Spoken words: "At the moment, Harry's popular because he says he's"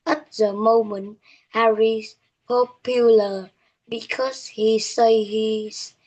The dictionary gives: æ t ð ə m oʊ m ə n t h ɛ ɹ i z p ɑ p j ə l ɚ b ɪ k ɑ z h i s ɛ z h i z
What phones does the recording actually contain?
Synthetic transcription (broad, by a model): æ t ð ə m oʊ m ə n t h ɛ ɹ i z p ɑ p j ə l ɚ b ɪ k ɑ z h i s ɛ h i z